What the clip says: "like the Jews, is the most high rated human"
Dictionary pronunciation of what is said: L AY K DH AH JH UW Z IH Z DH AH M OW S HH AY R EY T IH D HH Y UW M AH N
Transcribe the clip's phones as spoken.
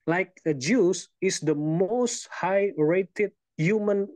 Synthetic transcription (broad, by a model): L AY K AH JH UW S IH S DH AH M OW S HH AY R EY T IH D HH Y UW M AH N